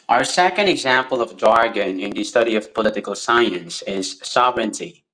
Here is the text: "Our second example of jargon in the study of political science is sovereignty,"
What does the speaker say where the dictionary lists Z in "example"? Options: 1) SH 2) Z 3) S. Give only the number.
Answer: 2